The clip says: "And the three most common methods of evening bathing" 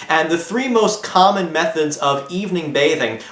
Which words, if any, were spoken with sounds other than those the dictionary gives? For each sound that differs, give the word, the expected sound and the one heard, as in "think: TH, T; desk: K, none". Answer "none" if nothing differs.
none